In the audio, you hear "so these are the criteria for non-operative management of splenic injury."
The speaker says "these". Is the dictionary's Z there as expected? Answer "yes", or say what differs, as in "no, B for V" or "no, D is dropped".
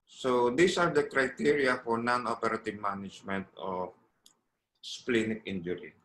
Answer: no, S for Z